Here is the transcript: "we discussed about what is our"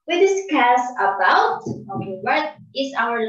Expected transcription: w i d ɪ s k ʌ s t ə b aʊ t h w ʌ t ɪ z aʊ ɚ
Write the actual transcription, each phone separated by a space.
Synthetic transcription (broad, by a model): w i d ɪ s k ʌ s ə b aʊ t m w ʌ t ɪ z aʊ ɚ